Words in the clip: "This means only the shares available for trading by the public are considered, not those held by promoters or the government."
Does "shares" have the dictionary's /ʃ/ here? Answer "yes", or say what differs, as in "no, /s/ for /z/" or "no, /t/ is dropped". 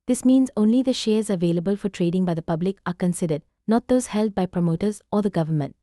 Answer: yes